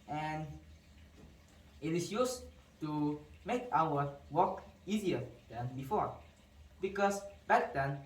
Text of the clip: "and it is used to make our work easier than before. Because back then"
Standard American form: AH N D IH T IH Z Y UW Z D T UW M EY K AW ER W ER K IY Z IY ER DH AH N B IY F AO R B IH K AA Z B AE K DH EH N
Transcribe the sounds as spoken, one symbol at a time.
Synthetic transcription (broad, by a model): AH N IH T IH S Y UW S T UW M EY K AW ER W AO K IY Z IY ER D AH N B IY F AO R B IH K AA S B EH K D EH N